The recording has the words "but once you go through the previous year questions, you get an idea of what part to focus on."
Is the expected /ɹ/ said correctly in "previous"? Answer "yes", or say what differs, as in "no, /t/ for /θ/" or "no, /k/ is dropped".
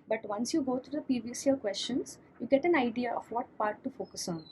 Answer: no, /ɹ/ is dropped